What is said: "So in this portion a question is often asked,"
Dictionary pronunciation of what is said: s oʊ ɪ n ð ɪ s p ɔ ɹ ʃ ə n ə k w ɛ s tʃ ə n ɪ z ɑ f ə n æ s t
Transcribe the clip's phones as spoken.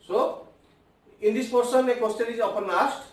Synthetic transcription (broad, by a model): s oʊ ɪ n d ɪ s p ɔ ɹ s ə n ə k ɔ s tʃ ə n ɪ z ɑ p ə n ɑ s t